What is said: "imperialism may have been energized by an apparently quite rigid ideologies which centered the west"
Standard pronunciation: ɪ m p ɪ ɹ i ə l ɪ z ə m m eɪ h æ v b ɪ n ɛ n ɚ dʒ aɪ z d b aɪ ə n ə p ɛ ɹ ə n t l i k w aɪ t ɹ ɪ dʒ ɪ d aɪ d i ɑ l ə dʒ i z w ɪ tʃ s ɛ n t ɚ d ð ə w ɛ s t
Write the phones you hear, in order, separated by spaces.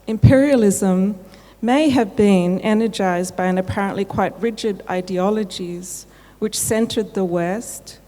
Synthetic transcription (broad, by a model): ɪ m p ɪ ɹ i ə l ɪ z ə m m eɪ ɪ v b ɪ n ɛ n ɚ dʒ aɪ z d b aɪ ə n ə p ɛ ɹ ə n t l i k w aɪ t ɹ ɪ dʒ ɪ d aɪ d i ɑ l ə dʒ i z w ɪ tʃ s ɛ n t ɚ d ð ə w ɛ s t